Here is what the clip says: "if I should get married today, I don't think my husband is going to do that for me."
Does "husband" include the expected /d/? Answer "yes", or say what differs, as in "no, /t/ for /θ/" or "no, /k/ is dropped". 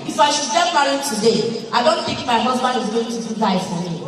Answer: no, /d/ is dropped